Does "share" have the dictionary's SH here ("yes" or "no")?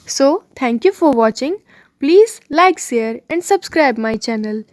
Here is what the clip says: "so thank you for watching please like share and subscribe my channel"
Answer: no